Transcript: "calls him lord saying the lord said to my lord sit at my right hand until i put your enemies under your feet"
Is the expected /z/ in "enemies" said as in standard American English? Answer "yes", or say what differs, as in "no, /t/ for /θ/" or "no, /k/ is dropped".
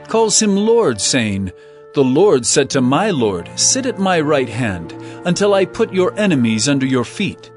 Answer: yes